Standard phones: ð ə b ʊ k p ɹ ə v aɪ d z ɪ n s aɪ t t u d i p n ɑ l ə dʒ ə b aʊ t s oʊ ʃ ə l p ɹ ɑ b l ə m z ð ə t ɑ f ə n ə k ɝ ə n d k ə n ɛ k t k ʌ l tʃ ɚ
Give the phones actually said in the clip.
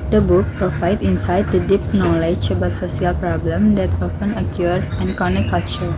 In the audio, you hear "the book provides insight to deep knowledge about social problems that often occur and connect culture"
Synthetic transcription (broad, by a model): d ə b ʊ k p ɹ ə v aɪ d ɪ n s aɪ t t u d i p n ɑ l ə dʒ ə b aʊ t s oʊ s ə l p ɹ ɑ b l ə m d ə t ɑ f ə n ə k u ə n k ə n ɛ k k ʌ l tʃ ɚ